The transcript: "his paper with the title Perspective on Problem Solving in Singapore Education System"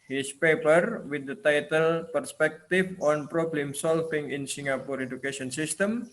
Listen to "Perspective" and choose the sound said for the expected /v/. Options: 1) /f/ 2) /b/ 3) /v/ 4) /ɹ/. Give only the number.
1